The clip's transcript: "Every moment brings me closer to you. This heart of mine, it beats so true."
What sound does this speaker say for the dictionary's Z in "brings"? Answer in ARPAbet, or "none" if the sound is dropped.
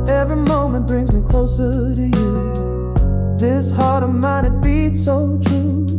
Z